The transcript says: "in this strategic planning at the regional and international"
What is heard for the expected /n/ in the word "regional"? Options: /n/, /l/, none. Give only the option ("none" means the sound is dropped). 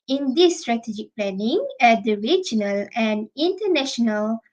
/n/